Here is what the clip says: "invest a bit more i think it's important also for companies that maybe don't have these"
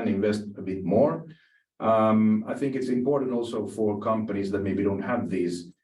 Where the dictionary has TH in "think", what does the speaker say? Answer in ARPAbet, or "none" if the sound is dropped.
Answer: TH